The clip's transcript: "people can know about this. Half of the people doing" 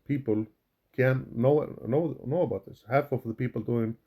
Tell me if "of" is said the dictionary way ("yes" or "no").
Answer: no